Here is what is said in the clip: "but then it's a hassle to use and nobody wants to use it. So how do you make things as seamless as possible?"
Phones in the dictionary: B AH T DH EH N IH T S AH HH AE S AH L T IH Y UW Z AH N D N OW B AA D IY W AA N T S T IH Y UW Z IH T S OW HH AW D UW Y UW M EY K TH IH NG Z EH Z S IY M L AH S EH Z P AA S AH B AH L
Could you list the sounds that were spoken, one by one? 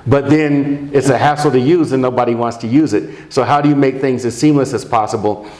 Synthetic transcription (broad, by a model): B AH T DH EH N IH T S AH HH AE S L T IH Y UW Z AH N N OW B AA D IY W AA N T S T IH Y UW Z IH T S OW HH AW D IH Y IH M EY K TH IH NG Z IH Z S IY M L AH S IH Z P AA S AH B L